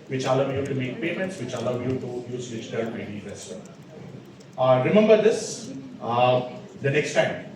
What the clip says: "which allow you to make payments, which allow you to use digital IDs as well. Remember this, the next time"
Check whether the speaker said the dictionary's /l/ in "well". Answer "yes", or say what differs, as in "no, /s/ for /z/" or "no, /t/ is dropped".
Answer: no, /n/ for /l/